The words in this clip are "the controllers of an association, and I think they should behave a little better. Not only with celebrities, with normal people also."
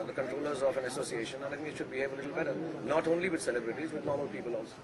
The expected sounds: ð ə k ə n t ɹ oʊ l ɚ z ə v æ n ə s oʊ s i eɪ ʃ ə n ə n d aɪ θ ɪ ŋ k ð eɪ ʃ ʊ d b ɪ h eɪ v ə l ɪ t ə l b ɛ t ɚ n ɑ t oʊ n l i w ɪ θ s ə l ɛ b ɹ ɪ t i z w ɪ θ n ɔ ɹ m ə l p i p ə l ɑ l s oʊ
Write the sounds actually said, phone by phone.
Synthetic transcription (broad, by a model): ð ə k ə n t ɹ oʊ l ɚ z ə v æ n ə s oʊ s i eɪ ʃ ə n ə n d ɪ t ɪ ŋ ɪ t ʃ ʊ d b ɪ h eɪ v ə l ɪ t l b ɛ t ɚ n ɑ t oʊ n l i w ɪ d s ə l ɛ b ɹ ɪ t i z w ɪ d n ɔ ɹ m ə l p i p ə l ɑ l s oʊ